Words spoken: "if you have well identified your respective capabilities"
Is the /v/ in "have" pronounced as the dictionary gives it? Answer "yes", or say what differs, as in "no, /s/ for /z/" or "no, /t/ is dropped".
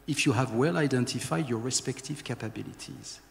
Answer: yes